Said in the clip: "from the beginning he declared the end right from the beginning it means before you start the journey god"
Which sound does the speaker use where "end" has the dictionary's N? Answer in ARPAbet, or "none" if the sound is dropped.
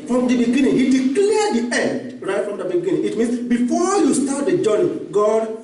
N